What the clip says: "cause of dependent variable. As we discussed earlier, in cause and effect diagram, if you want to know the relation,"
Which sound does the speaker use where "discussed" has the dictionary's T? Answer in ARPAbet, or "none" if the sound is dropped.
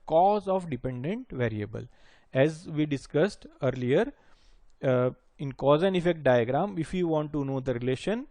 T